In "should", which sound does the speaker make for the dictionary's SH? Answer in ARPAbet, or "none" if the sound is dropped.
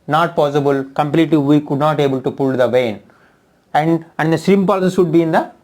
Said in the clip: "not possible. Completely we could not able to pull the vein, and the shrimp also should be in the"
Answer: S